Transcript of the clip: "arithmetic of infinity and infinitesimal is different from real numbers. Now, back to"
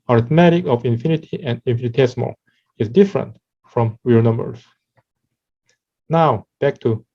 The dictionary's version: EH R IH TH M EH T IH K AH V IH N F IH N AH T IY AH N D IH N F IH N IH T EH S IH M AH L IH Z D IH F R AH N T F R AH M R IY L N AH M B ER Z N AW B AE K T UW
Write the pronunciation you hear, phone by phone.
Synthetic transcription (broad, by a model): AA R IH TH M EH T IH K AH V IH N F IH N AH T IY AH N D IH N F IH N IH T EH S M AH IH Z D IH F R AH N T F R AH M W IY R N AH M B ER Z N AW B AE K T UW